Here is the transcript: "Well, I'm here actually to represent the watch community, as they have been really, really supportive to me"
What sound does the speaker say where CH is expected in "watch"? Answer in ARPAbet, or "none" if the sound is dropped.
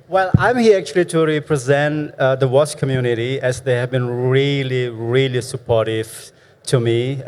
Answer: S